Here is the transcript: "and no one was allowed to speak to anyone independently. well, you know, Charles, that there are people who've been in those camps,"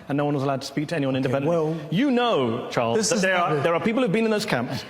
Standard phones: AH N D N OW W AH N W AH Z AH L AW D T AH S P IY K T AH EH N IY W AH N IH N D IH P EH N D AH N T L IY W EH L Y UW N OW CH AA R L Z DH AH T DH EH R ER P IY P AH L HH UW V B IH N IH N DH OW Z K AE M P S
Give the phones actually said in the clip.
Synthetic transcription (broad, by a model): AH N N OW W AH N W AH Z AH L AW D T AH S P IY K T AH EH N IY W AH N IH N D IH EH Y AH N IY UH CH AA R L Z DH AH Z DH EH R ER P IY P L HH UW V B IH N IH N DH OW Z K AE M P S